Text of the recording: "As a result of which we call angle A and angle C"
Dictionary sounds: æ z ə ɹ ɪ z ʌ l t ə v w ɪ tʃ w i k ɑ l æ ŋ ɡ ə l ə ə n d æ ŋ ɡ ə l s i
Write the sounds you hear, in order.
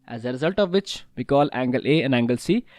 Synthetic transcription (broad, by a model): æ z ə ɹ ɪ z ʌ l t ə v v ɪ tʃ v i k ɑ l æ ŋ ɡ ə l ə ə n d æ ŋ ɡ ə l s i